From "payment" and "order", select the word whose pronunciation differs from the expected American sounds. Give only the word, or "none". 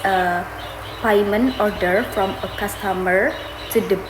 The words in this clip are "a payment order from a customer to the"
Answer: payment